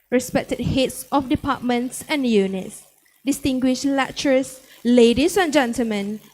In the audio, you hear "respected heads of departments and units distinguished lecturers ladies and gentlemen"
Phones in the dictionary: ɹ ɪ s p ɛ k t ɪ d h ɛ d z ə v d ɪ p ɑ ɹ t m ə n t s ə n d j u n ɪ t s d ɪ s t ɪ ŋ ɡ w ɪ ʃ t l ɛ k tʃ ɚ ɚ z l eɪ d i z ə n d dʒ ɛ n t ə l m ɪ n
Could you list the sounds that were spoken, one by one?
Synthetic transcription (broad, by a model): ɹ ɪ s p ɛ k t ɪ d h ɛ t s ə f d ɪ p ɑ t m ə n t s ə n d j u n ɪ t s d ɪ s t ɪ ŋ ɡ w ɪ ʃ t l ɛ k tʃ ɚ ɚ s l eɪ d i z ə n dʒ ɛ n t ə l m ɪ n